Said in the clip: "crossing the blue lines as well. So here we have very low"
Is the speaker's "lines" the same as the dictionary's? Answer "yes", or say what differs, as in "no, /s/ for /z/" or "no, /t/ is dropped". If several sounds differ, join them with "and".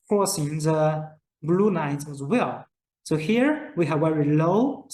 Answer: no, /n/ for /l/